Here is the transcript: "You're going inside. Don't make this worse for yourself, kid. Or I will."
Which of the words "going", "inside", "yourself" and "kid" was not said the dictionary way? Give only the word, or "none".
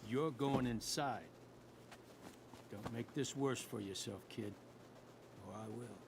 none